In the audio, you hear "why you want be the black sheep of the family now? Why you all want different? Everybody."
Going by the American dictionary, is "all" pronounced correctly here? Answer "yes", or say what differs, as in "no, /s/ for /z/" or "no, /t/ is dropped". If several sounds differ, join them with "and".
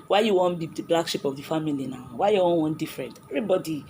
no, /n/ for /l/